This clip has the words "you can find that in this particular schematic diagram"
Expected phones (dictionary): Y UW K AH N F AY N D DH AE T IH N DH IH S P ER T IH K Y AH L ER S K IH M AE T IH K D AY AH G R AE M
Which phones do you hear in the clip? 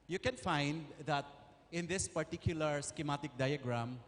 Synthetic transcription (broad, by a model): Y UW K AH N F AY N D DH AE T IH N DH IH S P ER T IH K Y AH L ER S K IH M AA T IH K D AY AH G R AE M